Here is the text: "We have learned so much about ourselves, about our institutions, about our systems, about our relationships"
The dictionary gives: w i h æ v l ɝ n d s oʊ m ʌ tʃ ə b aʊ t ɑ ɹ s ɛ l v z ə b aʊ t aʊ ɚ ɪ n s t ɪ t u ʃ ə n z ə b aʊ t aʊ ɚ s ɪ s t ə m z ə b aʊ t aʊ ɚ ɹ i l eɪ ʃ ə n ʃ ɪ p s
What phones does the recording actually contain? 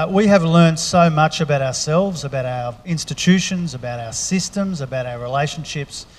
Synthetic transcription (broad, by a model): w i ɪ v l ɝ n d s oʊ m ʌ tʃ ə b aʊ t ɑ ɹ s ɛ l v z ə b aʊ t aʊ ɚ ɪ n s t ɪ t u ʃ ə n z ə b aʊ t aʊ ɚ s ɪ s t ə m z ə b aʊ t aʊ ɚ ɹ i l eɪ ʃ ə n ʃ ɪ p s